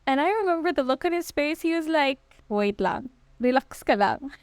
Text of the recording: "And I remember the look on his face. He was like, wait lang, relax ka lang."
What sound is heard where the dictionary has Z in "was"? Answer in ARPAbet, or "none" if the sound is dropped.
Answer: Z